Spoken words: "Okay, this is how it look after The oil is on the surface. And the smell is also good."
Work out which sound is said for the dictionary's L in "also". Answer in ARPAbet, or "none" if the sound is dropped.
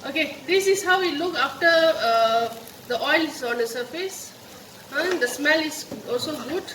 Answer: L